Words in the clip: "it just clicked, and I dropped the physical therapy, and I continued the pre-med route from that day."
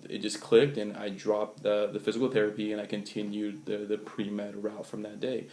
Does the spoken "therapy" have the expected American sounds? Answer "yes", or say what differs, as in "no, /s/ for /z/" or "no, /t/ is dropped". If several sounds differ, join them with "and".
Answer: yes